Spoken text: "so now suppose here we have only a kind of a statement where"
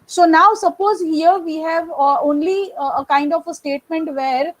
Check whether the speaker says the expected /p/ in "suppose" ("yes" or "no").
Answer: yes